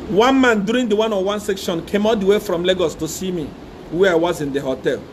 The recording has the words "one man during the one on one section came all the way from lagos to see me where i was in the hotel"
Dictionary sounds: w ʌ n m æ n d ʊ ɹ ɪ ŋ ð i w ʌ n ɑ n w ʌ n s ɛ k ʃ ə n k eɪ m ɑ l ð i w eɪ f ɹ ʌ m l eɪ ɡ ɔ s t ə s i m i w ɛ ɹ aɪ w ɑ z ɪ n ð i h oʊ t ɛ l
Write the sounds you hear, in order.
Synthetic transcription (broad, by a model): w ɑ n m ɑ n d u ɹ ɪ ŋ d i w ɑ n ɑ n w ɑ n s ɛ k ʃ ə n k eɪ m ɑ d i w eɪ f ɹ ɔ m l eɪ ɡ ɔ s t ə s i m i w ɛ aɪ w ɑ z ɪ n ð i h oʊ t ɛ l